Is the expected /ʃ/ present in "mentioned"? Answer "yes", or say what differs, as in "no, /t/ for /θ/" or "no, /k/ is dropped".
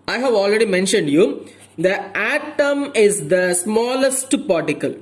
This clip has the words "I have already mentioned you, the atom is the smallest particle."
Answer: yes